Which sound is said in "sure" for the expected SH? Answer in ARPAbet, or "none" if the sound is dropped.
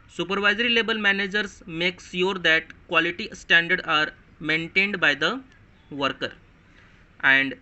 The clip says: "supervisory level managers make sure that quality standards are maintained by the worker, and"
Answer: S